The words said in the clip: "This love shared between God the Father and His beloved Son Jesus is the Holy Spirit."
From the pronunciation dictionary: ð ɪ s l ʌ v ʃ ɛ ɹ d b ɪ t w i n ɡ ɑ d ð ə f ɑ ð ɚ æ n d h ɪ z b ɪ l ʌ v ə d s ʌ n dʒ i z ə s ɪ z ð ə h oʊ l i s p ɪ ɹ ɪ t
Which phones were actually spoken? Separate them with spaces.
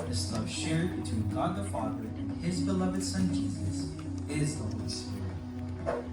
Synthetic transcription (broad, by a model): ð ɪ s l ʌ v ʃ ɛ ɹ d b ɪ t w i n ɡ ɑ d ð ə f ɑ ð ɚ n ɪ z b ɪ l ʌ v ə d s ʌ n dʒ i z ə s ɪ z ð ə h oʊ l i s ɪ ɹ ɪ